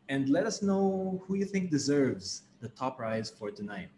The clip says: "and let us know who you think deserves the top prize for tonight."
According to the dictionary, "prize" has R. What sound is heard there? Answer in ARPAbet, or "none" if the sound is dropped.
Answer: R